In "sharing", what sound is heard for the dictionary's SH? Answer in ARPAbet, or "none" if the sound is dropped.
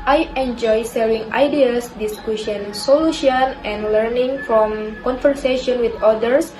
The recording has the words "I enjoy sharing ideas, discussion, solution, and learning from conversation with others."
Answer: S